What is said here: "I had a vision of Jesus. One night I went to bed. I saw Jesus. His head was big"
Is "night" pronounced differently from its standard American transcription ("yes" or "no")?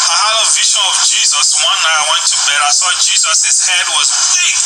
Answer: yes